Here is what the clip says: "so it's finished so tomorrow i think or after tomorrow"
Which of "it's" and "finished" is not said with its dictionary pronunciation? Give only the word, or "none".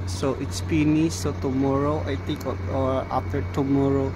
finished